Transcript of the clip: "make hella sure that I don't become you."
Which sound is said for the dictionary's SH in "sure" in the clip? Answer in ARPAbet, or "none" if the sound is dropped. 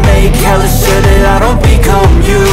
S